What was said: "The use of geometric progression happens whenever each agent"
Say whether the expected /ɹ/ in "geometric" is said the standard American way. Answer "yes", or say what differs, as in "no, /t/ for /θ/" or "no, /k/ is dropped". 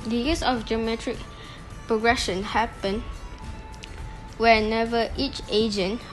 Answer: yes